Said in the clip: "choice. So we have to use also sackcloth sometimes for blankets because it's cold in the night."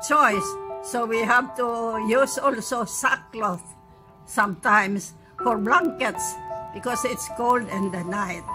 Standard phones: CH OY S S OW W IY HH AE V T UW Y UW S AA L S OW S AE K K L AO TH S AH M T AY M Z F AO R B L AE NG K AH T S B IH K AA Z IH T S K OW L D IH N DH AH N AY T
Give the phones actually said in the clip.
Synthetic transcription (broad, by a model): CH OY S S OW W IY HH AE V T UW Y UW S AA L S OW S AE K K L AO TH S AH M T AY M S F AO R B L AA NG K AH T S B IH K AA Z IH T S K OW L D IH N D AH N AY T